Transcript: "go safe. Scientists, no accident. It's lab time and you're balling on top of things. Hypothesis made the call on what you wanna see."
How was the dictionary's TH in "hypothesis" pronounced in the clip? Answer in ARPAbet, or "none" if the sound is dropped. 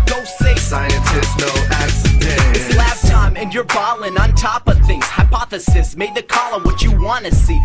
TH